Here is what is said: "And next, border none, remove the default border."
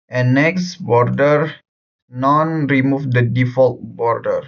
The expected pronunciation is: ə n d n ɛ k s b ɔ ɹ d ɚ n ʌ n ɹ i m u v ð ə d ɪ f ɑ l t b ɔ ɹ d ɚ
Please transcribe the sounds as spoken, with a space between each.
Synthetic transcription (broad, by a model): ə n n ɛ k s b ɔ ɹ d ɚ n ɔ n ɹ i m u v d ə d ɪ f ɑ l t b ɔ ɹ d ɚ